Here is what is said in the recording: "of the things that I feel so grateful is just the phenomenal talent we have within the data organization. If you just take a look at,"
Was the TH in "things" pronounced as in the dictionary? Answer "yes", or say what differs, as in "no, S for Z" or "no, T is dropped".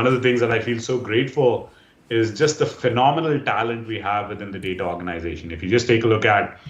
no, T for TH